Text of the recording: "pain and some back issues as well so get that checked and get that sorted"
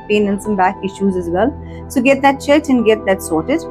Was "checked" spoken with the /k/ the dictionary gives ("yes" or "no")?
no